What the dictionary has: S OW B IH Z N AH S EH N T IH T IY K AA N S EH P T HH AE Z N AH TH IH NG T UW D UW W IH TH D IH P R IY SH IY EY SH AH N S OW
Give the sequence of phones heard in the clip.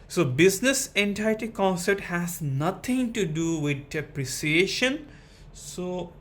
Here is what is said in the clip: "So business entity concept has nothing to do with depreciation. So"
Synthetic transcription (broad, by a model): S OW B IH Z N AH S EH N T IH T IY K AA N S EH P T HH AE Z N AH T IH NG T UW D UW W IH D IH P R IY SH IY EY SH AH N S OW